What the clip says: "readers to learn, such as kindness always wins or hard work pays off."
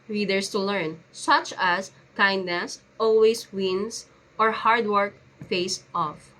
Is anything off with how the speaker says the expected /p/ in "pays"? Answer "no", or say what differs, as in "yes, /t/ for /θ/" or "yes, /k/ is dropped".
yes, /f/ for /p/